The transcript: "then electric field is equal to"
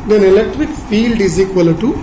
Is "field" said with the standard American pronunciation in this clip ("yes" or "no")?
yes